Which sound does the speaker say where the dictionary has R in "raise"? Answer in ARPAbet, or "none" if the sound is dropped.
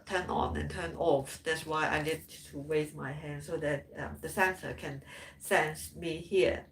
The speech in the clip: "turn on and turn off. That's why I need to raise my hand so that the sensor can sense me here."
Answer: W